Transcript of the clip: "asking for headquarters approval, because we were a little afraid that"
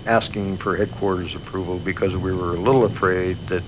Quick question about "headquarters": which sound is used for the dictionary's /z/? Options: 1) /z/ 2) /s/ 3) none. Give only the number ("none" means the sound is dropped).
1